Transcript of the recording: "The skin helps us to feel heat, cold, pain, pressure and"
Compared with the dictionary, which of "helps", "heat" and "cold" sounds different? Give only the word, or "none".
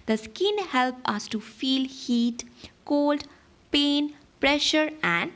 helps